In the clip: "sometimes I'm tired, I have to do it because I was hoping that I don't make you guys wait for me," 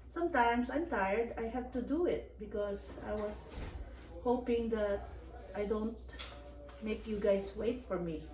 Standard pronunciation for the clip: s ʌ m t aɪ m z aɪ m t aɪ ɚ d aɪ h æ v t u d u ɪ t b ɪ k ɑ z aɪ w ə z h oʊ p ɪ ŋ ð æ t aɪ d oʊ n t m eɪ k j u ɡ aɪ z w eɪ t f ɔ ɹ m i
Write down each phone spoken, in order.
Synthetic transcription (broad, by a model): s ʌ m t aɪ m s aɪ m t aɪ ɚ d aɪ h æ v t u d u ɪ t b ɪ k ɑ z aɪ w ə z h oʊ p ɪ ŋ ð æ t aɪ d oʊ n t m eɪ k j u ɡ aɪ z w eɪ t f ɔ ɹ m i